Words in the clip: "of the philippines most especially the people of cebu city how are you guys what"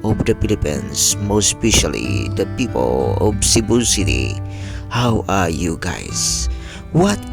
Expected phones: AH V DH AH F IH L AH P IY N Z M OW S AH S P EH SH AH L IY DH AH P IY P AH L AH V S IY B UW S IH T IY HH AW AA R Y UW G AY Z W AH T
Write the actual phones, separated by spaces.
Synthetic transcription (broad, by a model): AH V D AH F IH L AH P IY N S M OW S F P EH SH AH L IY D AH P IY P AH L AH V S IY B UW S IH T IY HH AW AA R Y UW G AY S W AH T